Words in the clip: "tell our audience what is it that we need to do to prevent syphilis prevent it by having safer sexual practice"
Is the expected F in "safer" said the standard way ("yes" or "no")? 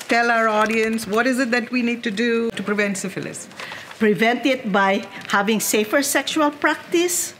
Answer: yes